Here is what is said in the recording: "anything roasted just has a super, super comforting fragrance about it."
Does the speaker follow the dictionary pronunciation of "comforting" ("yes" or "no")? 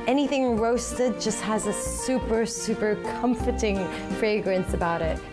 yes